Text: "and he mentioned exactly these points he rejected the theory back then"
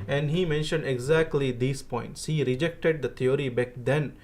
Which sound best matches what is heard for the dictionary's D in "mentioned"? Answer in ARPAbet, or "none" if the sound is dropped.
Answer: D